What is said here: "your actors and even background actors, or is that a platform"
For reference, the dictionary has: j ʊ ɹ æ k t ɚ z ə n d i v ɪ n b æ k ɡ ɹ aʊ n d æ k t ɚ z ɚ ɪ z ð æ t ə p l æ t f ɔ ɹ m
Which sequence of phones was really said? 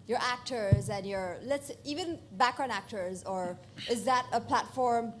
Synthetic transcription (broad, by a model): j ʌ ɹ æ k t ɚ z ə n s i v ɪ n b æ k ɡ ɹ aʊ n æ k t ɚ z ɚ ɪ z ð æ t ə p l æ t f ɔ ɹ m